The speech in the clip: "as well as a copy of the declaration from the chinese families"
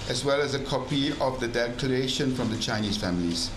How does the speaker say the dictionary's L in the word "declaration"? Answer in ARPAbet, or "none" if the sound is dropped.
none